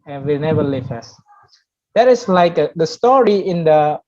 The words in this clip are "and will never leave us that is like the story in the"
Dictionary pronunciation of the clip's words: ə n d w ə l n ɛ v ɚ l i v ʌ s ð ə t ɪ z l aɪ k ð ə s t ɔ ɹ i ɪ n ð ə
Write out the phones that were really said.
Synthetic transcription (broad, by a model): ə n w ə n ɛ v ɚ l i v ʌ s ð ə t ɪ s l aɪ k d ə s t ɔ ɹ i ɪ n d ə